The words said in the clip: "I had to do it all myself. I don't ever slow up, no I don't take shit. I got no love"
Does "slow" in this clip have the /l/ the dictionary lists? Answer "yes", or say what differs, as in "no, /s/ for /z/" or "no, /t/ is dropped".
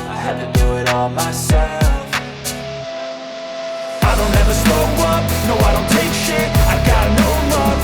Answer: no, /l/ is dropped